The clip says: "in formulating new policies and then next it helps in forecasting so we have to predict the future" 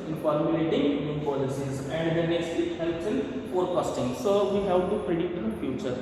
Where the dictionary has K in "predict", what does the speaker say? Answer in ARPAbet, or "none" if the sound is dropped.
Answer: none